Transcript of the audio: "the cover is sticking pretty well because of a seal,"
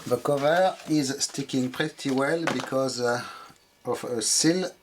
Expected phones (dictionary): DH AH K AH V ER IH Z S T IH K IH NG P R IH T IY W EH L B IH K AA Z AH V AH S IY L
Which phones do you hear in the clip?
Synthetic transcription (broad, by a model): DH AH K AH V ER IH Z S T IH K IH NG P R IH T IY W EH L B IH K AA Z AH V AH S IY L